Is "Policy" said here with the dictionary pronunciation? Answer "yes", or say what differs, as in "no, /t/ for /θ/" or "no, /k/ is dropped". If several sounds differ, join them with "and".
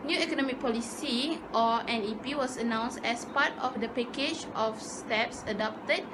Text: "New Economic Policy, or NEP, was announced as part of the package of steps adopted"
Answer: yes